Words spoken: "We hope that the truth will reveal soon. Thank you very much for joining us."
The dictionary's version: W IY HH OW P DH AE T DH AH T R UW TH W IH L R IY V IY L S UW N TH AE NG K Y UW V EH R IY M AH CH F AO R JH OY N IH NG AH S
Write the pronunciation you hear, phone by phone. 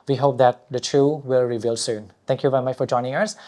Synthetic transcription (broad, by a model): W IY HH OW P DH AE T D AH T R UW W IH L R IY V IY L S UW N T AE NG K Y UW V EH R IY M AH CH F AO R JH OY N IH NG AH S